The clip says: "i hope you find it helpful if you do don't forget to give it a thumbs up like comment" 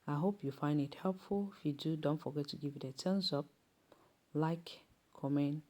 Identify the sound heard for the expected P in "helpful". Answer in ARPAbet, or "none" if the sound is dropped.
P